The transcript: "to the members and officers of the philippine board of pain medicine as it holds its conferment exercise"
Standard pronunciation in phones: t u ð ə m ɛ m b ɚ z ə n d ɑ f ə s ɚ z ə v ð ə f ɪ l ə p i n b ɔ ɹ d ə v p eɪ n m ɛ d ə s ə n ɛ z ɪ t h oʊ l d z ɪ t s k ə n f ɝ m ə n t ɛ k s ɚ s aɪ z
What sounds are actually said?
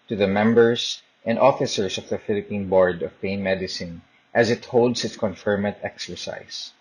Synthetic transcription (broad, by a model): t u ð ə m ɛ m b ɚ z ə n d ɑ f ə s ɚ s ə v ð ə f ɪ l ə p i n b ɔ ɹ d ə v p eɪ n m ɛ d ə s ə n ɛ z ɪ t h oʊ l d s ɪ t s k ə n f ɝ m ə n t ɛ k s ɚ s aɪ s